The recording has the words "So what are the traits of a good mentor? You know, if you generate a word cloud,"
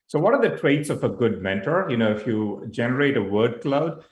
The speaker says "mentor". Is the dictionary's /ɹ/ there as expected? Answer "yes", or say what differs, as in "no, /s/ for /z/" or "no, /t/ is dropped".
yes